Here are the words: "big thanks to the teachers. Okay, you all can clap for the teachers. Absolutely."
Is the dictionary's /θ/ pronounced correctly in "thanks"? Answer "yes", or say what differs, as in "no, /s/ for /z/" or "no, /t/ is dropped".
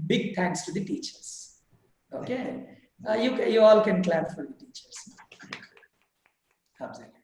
no, /t/ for /θ/